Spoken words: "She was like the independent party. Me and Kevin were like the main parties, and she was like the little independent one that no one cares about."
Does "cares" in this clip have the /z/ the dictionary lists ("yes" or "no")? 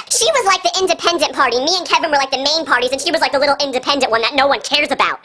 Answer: yes